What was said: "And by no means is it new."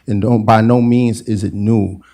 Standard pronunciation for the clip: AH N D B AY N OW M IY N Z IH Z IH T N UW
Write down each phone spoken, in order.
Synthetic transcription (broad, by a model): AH N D B AY N OW M IY N Z IH Z IH T N UW